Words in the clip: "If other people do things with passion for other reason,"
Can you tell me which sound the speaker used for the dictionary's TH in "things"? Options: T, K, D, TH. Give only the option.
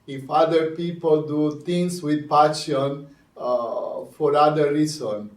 T